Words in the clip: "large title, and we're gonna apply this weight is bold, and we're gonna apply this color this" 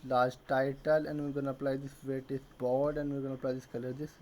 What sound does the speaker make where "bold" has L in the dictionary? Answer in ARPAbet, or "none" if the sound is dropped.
none